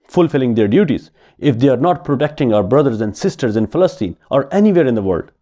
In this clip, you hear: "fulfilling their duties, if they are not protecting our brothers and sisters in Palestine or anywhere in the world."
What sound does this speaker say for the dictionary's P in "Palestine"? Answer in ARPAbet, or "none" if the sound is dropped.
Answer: F